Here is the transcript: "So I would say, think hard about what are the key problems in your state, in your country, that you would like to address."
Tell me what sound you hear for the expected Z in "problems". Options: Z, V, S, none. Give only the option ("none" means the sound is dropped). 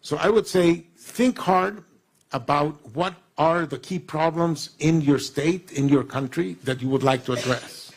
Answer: Z